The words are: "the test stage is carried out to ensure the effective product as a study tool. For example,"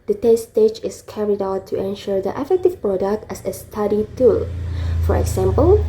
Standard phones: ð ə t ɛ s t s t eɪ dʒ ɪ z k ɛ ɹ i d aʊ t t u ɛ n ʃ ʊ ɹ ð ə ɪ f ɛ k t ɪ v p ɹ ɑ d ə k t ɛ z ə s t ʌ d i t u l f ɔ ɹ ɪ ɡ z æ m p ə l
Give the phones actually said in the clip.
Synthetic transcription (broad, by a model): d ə t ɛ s s t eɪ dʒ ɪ s k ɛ ɹ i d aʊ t t u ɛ n ʃ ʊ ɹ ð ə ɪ f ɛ k t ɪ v p ɹ ɑ d ə k t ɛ s ə s t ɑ d i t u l f ɔ ɹ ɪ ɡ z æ m p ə l